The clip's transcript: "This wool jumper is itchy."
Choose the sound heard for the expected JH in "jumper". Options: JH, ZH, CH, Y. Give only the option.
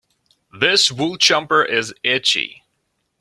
CH